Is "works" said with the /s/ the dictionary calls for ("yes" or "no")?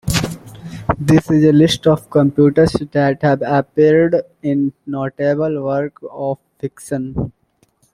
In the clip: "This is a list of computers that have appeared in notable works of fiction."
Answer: no